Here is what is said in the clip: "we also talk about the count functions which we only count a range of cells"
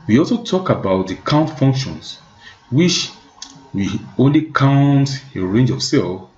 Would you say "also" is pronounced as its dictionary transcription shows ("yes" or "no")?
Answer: yes